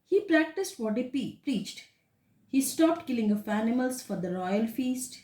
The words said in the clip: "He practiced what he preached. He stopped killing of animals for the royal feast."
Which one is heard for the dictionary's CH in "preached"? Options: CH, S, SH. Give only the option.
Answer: CH